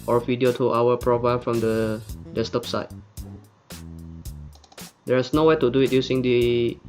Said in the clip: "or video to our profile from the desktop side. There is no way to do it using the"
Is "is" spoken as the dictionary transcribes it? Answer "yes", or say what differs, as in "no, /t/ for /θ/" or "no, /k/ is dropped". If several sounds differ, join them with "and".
no, /s/ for /z/